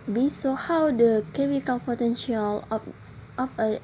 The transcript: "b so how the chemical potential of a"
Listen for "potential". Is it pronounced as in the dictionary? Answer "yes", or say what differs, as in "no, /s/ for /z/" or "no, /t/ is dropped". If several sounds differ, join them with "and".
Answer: yes